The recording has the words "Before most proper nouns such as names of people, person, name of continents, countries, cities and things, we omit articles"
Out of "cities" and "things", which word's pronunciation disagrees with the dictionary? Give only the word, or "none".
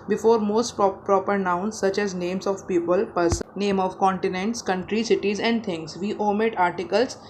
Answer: things